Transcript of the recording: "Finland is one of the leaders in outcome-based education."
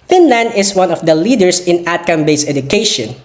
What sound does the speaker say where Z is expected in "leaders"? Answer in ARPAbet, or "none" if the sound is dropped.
S